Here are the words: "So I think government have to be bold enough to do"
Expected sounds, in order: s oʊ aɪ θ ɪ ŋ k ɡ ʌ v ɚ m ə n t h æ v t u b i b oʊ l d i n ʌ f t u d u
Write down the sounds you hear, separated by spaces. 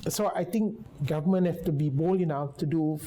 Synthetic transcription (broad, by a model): s oʊ aɪ t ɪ ŋ k ɡ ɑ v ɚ m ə n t h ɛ f t u b i b oʊ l i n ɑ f t u d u